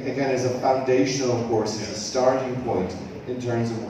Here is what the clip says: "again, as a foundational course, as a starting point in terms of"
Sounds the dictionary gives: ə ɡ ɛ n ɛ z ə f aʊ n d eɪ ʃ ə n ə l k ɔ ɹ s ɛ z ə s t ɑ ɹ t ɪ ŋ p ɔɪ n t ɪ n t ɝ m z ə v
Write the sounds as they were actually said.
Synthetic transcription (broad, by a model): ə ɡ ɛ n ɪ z ə f aʊ n d eɪ ʃ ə n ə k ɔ ɹ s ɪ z ə s t ɑ ɹ t ɪ ŋ p ɔɪ n t ɪ n t ɝ m z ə v